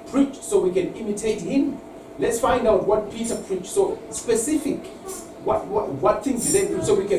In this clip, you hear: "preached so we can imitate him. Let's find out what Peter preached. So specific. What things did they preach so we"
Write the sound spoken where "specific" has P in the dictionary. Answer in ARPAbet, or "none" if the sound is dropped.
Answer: P